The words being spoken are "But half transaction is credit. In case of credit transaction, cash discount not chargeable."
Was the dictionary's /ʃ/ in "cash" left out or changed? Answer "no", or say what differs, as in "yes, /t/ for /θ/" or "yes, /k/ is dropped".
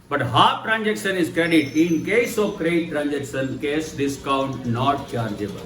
yes, /s/ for /ʃ/